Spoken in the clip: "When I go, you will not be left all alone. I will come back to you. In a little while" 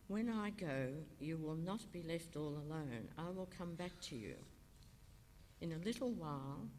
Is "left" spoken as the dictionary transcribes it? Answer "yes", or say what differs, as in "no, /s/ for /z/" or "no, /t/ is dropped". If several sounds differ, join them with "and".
yes